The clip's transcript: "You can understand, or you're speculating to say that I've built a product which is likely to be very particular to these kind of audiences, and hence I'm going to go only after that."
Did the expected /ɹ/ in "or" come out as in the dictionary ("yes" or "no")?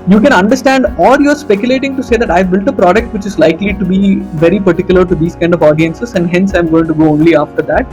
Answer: no